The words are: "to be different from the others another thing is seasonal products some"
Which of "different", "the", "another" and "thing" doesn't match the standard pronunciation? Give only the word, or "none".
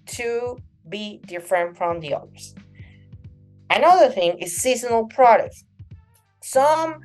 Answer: none